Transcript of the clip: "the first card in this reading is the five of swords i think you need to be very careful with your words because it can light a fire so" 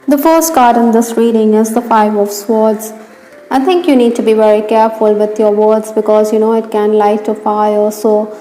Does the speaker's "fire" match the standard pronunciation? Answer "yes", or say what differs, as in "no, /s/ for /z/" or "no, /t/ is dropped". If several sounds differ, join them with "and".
no, /l/ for /ɹ/